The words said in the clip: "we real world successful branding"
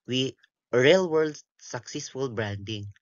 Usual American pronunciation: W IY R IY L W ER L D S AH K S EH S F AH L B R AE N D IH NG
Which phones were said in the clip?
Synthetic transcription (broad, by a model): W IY R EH L W ER L D S AH K S EH S F AH L B R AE N D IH NG